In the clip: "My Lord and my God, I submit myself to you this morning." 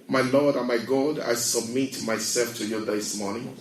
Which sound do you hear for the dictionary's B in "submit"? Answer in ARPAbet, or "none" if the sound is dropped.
B